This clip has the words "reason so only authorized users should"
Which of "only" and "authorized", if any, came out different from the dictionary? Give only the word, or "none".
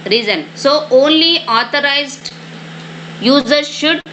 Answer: authorized